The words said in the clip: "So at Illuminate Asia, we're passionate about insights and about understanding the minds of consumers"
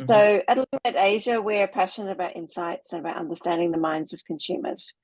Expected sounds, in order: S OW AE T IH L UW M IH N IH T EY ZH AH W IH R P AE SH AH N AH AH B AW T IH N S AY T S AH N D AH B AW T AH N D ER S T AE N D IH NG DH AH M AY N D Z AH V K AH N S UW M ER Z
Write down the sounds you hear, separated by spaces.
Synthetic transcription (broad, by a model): S OW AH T L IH IH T EY ZH AH W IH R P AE SH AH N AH AH B AW T IH N S AY T S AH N AH B AW T AH N D ER S T AE N D IH NG DH AH M AY N D Z AH V K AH N S UW M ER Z